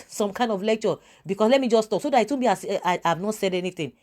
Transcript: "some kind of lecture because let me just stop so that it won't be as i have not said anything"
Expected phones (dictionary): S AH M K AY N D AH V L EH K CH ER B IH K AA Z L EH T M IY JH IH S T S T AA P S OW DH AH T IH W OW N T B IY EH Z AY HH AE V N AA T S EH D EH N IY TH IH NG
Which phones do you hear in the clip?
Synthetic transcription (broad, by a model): S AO M K AY N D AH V L EH K CH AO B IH K AA S L EH T M IY JH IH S S T AA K S OW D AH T IH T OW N B IY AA S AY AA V N AA T S EH D EH N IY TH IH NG